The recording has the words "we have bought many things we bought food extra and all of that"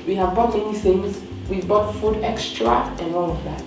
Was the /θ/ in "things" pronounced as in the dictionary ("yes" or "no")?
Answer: no